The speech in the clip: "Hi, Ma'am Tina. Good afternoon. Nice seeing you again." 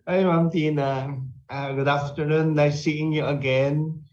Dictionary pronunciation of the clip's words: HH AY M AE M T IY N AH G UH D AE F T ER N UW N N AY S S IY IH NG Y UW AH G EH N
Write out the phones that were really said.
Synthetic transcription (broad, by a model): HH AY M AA M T IY N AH G UH D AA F T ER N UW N L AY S S IY IH NG Y UW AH G EH N